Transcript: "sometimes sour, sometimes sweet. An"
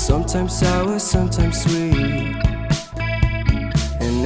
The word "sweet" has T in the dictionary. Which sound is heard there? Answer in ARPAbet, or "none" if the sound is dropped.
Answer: none